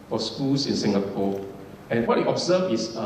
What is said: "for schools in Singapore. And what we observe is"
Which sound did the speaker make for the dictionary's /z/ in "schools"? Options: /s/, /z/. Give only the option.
/s/